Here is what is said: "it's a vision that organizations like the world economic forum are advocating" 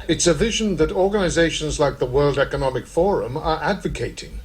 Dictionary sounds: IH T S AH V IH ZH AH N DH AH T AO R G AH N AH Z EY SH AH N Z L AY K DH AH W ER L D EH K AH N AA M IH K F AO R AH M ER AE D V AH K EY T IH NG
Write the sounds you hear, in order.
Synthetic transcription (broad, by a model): IH T S AH V IH ZH AH N DH AH T AO R G AH N AH Z EY SH AH N Z L AY K DH AH W ER L D EH K AH N AA M IH K F AO R AH M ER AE D V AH K EY T IH NG